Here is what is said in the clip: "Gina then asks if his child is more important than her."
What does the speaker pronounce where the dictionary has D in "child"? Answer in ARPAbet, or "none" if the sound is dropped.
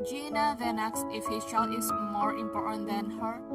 none